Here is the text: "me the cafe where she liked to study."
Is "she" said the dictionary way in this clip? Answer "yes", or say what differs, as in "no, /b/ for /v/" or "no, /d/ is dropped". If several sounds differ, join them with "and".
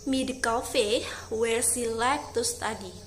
no, /s/ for /ʃ/